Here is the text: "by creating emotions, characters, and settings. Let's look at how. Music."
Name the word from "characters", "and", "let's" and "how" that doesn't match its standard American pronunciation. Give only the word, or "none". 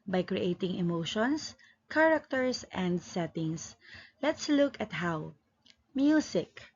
characters